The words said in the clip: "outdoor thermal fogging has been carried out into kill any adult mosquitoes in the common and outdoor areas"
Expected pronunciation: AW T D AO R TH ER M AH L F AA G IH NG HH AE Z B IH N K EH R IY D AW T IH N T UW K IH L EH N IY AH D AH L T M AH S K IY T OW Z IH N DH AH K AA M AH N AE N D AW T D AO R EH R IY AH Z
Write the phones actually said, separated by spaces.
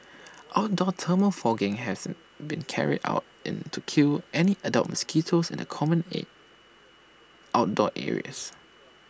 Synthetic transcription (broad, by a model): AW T D AO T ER M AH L F AA G IH NG HH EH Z B IH N K EH R IY D AW T IH N T UW K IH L EH N IY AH D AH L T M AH S K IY T OW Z IH N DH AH K AA M AH N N AW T D AO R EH R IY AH S